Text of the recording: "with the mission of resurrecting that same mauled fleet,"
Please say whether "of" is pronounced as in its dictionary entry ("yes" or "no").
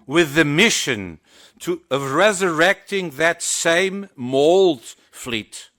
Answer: yes